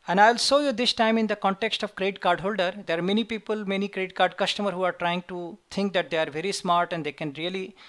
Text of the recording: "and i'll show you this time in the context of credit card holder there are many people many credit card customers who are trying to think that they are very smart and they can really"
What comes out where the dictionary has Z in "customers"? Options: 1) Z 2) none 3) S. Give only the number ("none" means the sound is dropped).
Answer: 2